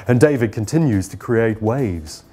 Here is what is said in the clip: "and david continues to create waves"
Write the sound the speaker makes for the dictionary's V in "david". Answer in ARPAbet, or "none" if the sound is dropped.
V